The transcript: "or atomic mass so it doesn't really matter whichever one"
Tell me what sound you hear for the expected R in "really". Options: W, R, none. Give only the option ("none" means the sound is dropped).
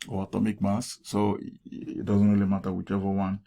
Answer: W